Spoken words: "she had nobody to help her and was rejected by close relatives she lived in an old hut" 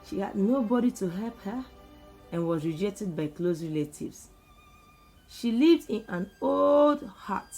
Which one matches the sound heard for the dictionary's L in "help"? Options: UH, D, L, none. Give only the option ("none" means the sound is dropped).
L